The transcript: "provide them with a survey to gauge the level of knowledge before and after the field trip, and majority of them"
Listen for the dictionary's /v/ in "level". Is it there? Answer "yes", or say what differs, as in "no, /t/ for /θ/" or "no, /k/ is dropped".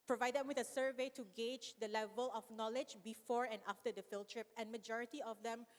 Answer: yes